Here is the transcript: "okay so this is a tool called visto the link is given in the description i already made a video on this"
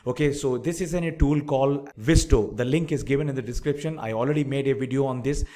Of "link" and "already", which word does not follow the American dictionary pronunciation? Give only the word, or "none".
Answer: none